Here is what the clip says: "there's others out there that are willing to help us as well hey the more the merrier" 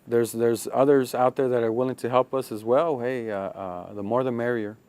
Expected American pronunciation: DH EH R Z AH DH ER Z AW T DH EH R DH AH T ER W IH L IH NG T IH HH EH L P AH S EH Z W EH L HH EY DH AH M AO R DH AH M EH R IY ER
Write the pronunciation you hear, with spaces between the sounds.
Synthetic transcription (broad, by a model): DH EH R Z AH DH ER Z AW T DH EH R DH AH T ER W IH L IH NG T IH HH EH L P AH S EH Z W EH L HH EY DH AH M AO R DH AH M EH R IY ER